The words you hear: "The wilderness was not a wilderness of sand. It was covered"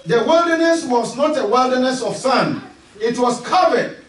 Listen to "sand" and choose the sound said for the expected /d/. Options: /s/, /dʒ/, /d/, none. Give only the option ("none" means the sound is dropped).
none